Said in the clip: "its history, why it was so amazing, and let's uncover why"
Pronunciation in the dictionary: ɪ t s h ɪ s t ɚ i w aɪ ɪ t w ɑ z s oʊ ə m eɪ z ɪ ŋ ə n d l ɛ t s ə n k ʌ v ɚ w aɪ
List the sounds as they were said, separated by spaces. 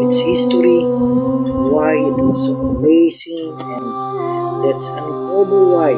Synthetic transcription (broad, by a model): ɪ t s h ɪ s t ɚ i w aɪ ɪ t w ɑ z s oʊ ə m eɪ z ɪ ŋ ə n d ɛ t s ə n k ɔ b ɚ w aɪ